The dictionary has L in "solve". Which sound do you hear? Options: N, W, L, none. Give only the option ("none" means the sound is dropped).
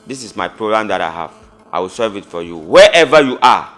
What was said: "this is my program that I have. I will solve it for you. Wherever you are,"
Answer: none